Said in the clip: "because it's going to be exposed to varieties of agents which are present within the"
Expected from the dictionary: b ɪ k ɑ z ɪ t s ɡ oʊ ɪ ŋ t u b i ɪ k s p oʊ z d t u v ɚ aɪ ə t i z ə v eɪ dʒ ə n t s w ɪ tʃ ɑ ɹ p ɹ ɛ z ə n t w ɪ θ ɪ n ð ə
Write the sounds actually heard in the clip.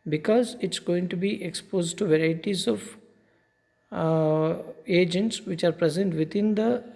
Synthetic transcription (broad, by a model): b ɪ k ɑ z ɪ t s ɡ oʊ ɪ ŋ t u b i ɪ k s p oʊ z d t u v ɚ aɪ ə t i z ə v eɪ dʒ ə n t s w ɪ tʃ ɑ ɹ p ɹ ɛ z ə n t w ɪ t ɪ n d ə